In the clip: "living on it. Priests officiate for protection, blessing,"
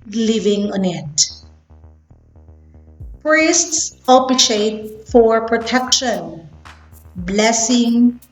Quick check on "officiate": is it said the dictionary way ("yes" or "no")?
no